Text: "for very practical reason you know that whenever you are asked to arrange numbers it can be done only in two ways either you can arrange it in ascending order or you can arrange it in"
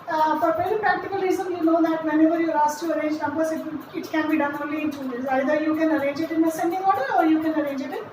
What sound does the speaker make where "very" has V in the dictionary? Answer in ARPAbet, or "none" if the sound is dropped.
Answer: P